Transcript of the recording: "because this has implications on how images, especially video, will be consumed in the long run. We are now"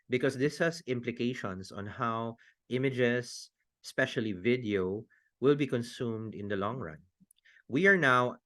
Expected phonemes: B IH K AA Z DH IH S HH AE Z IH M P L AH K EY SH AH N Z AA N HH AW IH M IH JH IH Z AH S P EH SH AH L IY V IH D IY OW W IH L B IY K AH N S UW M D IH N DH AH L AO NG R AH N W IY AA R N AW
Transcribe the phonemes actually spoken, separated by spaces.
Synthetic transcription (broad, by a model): B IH K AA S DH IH S HH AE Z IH M P L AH K EY SH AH N S AA N HH AW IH M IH JH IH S S P EH SH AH L IY V IH D IY OW W IH L B IY K AH N S UW M D IH N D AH L AO NG R AH N W IY AA R N AW